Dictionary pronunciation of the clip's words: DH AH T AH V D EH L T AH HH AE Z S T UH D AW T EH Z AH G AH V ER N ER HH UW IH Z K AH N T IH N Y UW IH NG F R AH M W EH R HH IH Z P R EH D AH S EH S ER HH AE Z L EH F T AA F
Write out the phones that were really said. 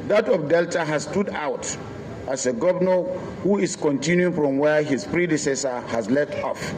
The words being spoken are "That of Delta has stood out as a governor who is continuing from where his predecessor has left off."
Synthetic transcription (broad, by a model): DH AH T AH P D EH L T AH HH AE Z S T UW D AW T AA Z AH G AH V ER N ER HH UW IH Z K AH N T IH N Y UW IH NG F R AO M W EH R HH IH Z P R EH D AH S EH S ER HH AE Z L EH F T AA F